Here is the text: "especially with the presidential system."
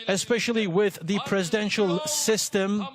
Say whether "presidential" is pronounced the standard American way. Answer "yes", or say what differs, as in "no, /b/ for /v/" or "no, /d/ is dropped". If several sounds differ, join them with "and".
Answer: yes